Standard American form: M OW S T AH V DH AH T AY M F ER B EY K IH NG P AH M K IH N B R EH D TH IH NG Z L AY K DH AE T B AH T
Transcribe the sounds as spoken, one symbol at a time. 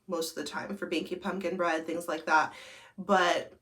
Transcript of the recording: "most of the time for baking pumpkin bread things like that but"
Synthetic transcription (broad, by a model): M OW S T AH V DH AH T AY M F ER B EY K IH P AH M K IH N B R EH D TH IH NG Z L AY K DH AE T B AH T